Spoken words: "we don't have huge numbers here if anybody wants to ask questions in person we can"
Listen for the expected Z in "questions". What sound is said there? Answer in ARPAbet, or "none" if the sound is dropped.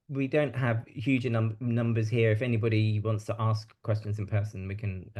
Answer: Z